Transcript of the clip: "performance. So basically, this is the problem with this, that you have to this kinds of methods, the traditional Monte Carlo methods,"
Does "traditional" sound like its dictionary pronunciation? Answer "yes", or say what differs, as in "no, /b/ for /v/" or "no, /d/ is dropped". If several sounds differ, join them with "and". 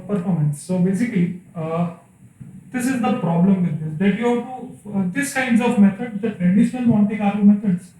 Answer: yes